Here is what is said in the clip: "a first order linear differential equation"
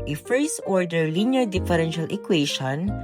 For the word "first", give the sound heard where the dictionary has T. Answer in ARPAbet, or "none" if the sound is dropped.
none